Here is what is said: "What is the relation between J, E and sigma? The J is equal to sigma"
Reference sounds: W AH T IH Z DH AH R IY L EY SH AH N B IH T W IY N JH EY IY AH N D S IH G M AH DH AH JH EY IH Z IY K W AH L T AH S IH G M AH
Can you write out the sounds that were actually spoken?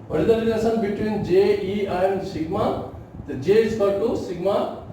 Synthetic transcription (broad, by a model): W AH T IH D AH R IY N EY S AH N B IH T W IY N JH EY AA AH N D S IH G M AH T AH JH EY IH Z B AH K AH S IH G M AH